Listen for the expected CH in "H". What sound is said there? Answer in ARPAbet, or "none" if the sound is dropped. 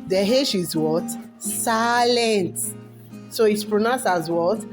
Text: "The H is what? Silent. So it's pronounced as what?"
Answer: SH